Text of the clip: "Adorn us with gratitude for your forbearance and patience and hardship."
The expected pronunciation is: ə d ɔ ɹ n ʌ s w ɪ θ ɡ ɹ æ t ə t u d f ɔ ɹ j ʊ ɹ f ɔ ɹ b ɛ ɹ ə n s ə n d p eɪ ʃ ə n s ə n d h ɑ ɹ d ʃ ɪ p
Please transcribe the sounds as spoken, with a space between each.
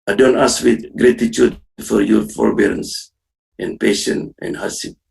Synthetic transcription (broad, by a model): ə d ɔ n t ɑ s w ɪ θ ɡ ɹ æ t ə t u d f ɔ ɹ j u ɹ f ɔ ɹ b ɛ ɹ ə n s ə n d p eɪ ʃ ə n ə n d h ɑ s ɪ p